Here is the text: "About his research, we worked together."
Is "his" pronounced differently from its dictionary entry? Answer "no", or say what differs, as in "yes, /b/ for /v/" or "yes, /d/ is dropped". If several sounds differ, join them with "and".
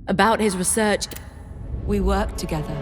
no